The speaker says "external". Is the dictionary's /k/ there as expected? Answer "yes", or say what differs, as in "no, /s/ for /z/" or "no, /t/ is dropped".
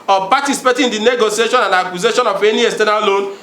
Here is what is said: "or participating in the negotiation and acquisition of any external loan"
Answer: no, /k/ is dropped